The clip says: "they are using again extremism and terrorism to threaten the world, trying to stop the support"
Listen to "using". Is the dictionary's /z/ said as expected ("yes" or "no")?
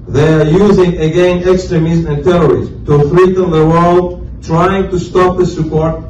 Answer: yes